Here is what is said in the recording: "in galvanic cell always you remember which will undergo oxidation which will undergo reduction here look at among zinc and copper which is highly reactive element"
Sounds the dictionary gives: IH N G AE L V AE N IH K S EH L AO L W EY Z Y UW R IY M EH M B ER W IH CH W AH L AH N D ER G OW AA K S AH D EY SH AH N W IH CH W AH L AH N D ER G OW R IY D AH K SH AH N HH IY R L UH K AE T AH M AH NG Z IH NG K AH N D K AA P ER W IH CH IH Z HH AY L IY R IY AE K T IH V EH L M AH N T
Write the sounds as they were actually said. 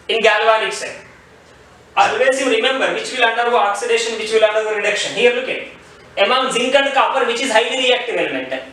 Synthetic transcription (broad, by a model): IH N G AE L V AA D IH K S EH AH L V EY S Y UW R IY M EH M B ER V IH CH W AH L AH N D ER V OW AA K S AH D EY SH AH N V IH CH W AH L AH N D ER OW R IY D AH K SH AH N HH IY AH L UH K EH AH M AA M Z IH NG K AH N D K AA P ER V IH CH IH Z HH AY L IY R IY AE K T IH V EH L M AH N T